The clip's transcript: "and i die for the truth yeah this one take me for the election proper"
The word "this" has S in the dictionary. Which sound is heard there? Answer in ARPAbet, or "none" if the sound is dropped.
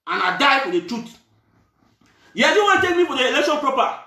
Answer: none